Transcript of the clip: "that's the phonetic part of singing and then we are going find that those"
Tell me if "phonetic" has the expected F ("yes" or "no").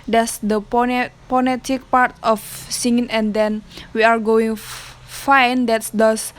no